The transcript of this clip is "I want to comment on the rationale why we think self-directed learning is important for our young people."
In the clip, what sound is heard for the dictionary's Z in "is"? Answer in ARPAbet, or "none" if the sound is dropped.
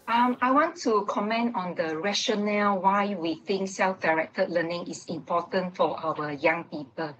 S